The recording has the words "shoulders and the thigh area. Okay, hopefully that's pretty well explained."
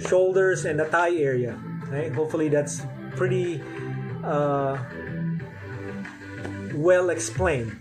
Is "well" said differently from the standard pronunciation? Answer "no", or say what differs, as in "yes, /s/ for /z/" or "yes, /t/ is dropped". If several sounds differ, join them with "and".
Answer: no